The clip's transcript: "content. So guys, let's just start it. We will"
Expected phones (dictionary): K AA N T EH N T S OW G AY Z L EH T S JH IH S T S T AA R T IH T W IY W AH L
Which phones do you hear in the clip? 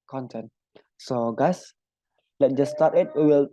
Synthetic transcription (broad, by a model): K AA N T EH N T S OW G AY S L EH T JH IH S S T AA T IH T W IY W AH L